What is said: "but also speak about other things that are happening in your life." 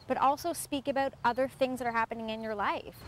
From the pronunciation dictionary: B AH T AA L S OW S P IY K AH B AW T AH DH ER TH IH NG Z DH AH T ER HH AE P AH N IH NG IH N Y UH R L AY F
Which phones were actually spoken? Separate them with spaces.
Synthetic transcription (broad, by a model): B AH T AA L S OW S P IY K AH B AW T AH DH ER TH IH NG Z DH AH T ER HH AE P AH N IH NG IH N Y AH R L AY F